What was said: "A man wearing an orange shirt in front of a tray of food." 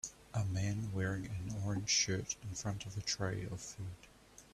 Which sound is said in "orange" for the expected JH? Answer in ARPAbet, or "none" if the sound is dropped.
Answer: ZH